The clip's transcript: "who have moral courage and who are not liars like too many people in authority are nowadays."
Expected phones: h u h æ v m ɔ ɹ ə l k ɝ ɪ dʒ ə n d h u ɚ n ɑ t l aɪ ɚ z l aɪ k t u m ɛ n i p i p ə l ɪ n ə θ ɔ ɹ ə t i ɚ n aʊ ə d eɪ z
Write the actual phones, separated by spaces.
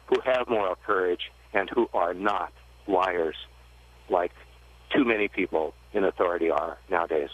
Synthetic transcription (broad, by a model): h u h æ v m ɔ ɹ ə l k ɝ ɪ dʒ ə n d h u ɚ n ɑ t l aɪ ɚ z l aɪ k t u m ɛ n i p i p l ɪ n ə θ ɔ ɹ ə t i ɚ n aʊ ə d eɪ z